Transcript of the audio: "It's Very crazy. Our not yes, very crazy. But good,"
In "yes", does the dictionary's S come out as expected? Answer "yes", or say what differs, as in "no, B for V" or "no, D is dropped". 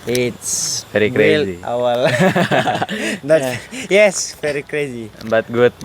yes